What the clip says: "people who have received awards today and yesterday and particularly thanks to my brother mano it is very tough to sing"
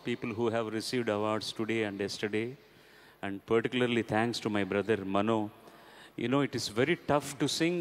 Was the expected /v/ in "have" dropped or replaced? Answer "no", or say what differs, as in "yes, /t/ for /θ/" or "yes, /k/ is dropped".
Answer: no